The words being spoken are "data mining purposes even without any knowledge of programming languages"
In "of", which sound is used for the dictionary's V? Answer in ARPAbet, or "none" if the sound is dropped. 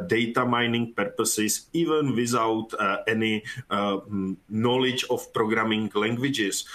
F